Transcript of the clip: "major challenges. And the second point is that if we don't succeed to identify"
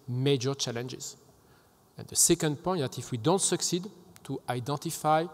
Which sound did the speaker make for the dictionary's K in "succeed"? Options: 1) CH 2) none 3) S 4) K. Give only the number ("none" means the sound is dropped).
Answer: 4